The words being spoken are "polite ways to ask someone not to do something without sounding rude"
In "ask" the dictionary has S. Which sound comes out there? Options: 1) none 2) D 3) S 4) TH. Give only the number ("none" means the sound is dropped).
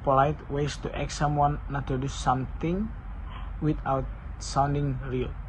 1